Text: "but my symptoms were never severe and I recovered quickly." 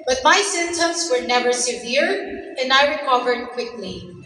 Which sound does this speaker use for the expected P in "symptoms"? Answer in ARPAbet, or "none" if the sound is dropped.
none